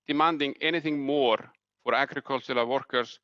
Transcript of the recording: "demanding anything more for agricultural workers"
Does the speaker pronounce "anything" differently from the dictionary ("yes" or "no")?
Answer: no